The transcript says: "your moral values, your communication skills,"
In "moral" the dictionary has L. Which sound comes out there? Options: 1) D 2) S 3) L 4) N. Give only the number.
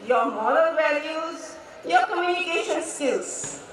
4